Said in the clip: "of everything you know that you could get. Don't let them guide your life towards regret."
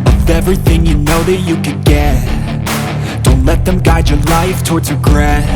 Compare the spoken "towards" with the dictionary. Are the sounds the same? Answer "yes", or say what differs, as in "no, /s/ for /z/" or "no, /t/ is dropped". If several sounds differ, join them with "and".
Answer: yes